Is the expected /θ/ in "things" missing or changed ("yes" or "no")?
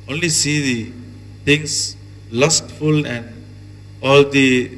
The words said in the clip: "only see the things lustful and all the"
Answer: yes